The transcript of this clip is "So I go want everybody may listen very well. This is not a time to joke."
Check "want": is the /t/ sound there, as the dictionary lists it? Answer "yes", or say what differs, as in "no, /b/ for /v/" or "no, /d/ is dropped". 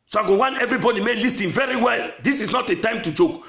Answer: no, /t/ is dropped